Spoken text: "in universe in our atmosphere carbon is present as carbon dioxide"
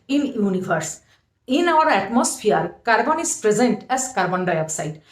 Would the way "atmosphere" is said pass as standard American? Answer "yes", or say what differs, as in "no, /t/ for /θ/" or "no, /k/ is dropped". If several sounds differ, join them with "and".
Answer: no, /p/ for /f/